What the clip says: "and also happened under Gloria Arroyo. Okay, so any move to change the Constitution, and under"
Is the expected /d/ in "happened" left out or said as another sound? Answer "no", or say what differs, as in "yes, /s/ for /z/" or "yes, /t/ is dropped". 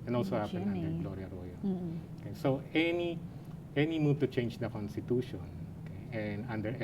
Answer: yes, /d/ is dropped